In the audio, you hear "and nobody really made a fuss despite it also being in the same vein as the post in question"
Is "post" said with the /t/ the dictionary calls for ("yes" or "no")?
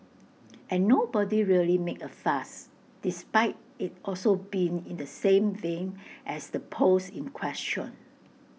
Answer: no